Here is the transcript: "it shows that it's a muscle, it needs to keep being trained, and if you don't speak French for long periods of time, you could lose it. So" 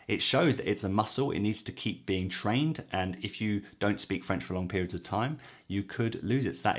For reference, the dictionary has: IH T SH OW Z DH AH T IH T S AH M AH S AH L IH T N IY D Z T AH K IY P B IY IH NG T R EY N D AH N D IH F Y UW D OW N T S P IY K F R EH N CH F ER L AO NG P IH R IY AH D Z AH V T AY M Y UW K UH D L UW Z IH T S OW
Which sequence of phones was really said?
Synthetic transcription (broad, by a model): IH T SH OW Z DH AH T IH T S AH M AH S AH L IH T N IY D Z T AH K IY P B IY IH NG T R EY N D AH N IH F Y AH D OW N T S P IY K F R EH N CH F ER L AO NG P IH R IY AH D Z AH V T AY M Y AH K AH D L UW Z IH T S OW